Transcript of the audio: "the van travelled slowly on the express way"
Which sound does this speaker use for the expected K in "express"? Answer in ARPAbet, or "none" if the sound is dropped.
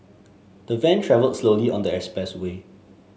none